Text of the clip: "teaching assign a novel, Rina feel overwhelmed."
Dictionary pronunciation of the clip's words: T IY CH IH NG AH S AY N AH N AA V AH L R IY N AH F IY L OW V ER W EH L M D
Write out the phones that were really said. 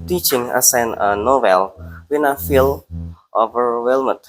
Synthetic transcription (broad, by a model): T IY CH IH NG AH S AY N AH N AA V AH L W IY N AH F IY L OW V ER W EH L M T